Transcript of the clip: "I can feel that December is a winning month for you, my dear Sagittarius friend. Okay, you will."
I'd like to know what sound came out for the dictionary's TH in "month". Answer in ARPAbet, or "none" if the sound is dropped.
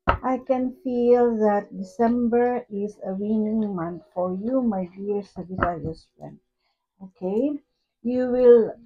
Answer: T